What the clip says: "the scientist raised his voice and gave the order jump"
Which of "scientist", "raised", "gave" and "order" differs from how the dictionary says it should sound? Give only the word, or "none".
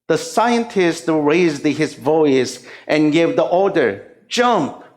none